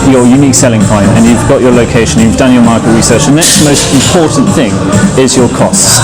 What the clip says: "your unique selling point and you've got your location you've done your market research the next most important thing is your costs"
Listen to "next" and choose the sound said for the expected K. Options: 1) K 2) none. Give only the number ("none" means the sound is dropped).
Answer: 1